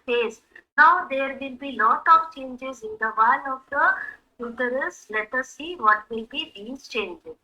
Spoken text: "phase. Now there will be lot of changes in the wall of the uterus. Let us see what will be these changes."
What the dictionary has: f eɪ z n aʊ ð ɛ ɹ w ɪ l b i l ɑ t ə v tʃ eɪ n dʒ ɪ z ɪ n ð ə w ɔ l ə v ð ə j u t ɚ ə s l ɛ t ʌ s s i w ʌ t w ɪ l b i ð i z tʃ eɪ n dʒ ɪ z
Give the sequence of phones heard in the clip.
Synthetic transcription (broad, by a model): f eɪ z n aʊ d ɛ ɹ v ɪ l b i l ɑ t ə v tʃ eɪ n dʒ ɪ z ɪ n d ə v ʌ n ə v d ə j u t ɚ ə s l ɛ t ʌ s s i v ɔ t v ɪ l b i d i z tʃ eɪ n dʒ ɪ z